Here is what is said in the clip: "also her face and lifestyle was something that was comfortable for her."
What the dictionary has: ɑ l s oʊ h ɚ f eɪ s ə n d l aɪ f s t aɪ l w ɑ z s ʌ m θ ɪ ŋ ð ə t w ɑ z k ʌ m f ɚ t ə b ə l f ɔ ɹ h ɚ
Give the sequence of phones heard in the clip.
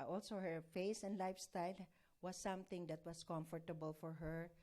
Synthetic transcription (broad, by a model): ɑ l s oʊ h ɚ f eɪ s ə n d l aɪ f s t aɪ l w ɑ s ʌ m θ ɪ ŋ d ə t w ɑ s k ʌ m f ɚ t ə b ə l f ɔ ɹ h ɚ